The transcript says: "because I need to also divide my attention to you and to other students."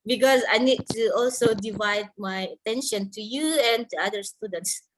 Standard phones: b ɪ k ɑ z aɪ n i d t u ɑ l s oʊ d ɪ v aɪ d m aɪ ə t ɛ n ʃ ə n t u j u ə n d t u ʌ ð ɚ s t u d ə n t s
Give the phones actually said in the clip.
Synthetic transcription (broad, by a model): b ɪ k ɑ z aɪ n i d t u ɑ l s oʊ d ɪ v aɪ d m aɪ ə t ɛ n ʃ ə n t u j u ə n t u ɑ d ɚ s t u d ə n t s